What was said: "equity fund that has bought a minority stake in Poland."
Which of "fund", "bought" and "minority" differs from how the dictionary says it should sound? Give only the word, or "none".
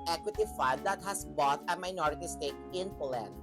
fund